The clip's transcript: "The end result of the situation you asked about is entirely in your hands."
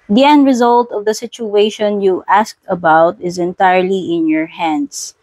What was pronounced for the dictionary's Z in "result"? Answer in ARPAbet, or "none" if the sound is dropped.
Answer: Z